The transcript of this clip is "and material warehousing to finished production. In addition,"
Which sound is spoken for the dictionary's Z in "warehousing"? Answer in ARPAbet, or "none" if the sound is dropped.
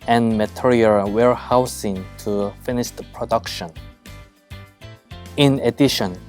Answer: S